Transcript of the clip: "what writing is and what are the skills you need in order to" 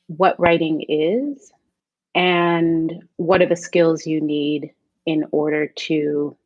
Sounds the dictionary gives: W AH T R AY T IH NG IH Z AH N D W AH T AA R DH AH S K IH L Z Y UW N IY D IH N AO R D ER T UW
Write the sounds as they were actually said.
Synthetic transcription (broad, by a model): W AH T R AY T IH NG IH Z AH N W AH T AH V DH AH S K IH L Z Y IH N IY D IH N AO R D ER T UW